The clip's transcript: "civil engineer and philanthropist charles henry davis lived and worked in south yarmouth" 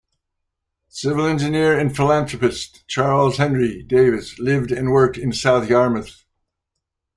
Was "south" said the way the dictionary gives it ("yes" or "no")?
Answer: yes